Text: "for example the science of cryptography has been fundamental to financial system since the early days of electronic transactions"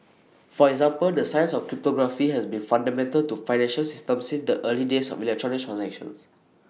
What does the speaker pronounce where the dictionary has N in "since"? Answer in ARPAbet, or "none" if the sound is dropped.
none